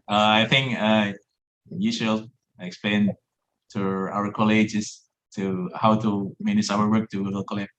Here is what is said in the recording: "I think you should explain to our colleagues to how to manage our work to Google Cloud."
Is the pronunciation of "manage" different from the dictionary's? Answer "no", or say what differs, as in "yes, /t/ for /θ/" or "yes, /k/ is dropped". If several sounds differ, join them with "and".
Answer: yes, /ʃ/ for /dʒ/